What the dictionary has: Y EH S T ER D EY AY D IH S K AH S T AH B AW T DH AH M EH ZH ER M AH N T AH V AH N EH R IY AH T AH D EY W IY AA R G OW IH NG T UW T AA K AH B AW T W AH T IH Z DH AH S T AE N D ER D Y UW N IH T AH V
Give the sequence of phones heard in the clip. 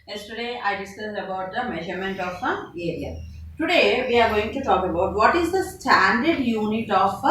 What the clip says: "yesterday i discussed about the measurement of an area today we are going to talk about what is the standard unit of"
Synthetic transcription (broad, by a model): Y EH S T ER D EY AY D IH S AH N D AH B AW T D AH M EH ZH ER M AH N T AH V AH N EH R IY AH T AH D EY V IY AA R G OW IH NG T UW T AA K AH B AW T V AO T IH Z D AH S T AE N D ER D Y UW N IH T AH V